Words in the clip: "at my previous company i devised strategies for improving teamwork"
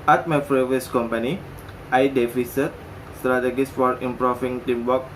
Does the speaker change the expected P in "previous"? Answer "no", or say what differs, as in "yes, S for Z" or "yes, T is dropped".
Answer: yes, F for P